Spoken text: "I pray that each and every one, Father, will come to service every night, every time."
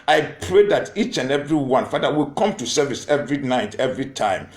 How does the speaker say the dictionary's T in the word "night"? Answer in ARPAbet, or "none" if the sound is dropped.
T